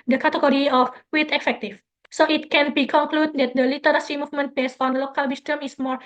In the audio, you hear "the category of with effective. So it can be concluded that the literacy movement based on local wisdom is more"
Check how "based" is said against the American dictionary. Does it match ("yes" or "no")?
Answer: no